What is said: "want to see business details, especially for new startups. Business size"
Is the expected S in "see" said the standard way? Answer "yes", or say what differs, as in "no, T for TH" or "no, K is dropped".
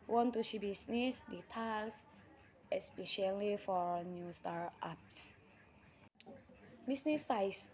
no, SH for S